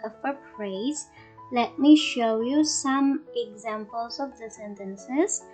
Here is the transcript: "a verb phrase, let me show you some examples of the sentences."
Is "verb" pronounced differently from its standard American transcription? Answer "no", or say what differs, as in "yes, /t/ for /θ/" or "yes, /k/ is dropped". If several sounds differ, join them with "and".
yes, /f/ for /v/